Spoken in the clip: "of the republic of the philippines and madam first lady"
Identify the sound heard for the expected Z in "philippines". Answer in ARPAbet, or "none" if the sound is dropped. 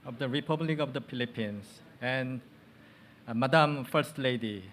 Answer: S